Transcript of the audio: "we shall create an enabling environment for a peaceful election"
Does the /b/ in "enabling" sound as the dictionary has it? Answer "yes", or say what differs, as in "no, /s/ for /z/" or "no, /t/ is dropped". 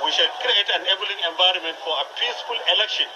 no, /b/ is dropped